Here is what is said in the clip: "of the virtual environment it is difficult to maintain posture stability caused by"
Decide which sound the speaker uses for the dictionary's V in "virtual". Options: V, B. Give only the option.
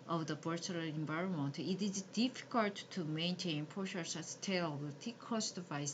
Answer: B